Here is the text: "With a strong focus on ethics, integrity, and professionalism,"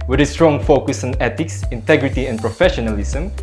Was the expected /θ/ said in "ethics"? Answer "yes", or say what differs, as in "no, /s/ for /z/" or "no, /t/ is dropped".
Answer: no, /t/ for /θ/